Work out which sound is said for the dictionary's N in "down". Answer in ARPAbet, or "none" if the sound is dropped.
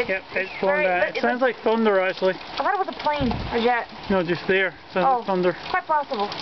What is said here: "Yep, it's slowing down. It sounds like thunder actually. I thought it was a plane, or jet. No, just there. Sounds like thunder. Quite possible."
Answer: none